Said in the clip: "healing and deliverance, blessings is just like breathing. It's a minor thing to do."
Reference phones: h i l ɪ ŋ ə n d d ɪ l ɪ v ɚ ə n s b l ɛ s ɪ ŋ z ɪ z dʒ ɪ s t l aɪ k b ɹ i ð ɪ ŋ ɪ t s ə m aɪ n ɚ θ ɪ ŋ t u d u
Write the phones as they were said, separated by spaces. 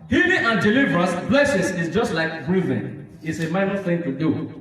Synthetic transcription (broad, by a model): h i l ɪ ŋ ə n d d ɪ l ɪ v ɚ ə s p l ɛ s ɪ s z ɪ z dʒ ɪ s t l aɪ k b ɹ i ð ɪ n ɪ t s ə m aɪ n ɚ θ ɪ ŋ t u d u